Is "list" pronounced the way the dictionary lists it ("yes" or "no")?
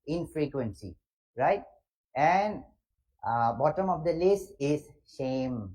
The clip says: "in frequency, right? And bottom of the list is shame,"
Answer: no